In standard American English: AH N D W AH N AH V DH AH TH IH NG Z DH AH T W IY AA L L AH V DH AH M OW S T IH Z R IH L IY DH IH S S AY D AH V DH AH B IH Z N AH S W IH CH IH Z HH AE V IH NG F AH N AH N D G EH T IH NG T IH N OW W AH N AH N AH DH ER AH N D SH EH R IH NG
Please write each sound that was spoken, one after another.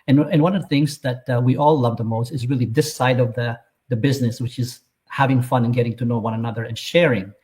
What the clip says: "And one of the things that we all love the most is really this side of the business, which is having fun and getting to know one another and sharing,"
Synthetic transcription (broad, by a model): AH N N W AH N AH V DH AH TH IH NG Z DH AH T W IY AA L L AH V DH AH M OW S T IH Z R IH L IY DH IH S S AY D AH V DH AH B IH Z N AH S W IH CH IH Z HH AE V IH NG F AH N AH N G EH T IH NG T IH N OW W AH N AH N AH DH ER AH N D SH EH R IH NG